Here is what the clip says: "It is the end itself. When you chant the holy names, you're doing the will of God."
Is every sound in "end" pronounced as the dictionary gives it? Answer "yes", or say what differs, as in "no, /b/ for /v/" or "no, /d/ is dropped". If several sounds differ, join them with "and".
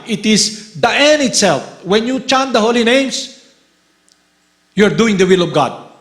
no, /d/ is dropped